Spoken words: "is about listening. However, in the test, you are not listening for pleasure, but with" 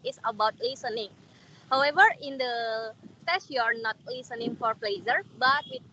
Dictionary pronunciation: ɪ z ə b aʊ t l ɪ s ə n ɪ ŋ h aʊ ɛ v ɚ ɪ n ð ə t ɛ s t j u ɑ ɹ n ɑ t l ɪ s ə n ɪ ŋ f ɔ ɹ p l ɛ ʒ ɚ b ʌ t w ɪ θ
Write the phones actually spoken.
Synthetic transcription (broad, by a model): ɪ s ə b aʊ t l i s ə n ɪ ŋ h aʊ ɛ v ɚ ɪ n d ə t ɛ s j u ɑ ɹ n ɑ t l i s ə n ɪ ŋ f ɔ ɹ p l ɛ z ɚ b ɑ t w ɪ